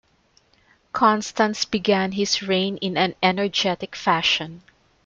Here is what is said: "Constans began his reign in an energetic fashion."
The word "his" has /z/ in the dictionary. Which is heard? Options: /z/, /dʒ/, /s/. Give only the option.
/s/